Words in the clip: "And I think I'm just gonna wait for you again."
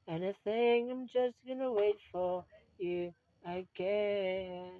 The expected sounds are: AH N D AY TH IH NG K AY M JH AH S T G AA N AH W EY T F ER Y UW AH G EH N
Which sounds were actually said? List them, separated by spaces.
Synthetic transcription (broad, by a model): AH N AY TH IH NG AY M JH AH S T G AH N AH W EY T F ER Y UW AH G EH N